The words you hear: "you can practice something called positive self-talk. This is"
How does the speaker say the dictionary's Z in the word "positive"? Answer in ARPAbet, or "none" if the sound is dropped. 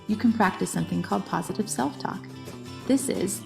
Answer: Z